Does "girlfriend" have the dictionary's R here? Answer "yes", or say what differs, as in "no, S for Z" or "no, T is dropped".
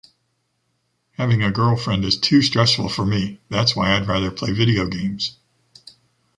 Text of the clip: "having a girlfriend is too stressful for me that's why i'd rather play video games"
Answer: yes